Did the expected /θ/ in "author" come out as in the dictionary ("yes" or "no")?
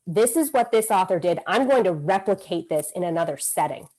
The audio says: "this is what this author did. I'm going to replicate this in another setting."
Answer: yes